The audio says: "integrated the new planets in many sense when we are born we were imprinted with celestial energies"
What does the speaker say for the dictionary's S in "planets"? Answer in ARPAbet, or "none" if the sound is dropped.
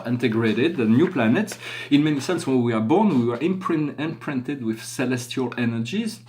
S